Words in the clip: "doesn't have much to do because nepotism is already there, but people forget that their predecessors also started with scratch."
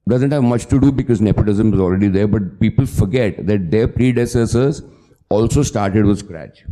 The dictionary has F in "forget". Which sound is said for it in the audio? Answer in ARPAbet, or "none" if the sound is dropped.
F